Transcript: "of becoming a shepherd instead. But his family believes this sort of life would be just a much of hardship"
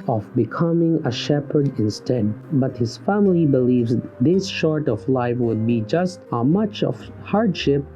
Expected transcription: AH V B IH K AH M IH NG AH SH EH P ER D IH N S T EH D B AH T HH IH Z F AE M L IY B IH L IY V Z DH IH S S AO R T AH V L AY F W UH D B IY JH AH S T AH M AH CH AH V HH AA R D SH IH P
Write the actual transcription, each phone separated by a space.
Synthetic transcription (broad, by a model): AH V B IH K AH M IH NG AH SH EH P ER D IH N S T EH D B AH T HH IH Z F AE M L IY B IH L IY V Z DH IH S SH AO R T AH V L AY F W UH D B IY JH AH S T AH M AH CH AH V HH AA R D SH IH P